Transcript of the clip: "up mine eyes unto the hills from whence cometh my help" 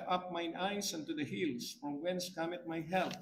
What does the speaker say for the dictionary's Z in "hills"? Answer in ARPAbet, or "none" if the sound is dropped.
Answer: S